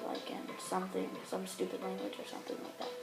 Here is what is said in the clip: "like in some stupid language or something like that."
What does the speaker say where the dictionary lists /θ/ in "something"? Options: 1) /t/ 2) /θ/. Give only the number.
2